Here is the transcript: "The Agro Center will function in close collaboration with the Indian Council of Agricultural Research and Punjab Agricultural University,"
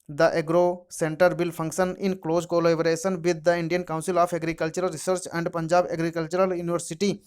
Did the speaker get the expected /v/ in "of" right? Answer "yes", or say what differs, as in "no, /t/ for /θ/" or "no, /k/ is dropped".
no, /p/ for /v/